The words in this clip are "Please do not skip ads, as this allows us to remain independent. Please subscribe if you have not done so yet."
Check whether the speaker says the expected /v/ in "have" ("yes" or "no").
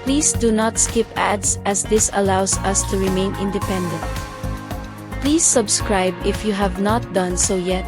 yes